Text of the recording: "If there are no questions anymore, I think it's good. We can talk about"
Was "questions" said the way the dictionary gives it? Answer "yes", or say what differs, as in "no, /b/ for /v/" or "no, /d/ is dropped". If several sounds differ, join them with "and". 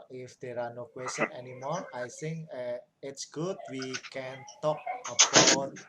no, /z/ is dropped